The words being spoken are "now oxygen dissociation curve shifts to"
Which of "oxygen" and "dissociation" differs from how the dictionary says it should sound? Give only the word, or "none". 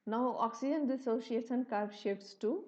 dissociation